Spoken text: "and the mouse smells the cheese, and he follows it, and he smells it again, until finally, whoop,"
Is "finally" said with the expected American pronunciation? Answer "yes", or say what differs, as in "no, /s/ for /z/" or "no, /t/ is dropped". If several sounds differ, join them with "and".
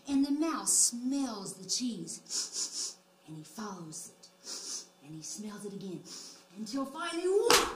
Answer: no, /n/ is dropped